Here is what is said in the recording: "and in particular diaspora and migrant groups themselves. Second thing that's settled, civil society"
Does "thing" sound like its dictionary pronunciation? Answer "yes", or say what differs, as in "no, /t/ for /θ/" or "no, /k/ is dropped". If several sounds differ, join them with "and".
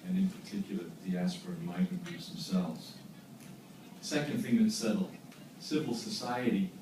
yes